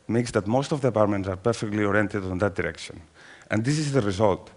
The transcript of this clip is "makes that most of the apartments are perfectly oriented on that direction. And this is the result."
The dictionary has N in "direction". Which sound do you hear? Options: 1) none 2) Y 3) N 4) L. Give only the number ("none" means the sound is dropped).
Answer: 3